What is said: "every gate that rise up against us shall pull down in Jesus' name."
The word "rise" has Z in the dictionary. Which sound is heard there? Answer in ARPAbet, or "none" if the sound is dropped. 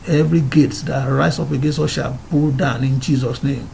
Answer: S